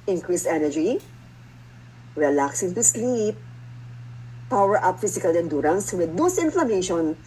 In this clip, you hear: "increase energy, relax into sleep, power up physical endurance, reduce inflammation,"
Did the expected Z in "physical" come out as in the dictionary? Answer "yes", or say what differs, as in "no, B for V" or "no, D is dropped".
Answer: no, S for Z